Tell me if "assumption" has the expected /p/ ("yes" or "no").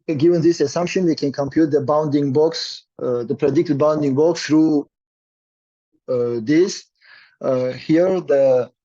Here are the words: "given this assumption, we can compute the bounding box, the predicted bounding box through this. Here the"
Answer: yes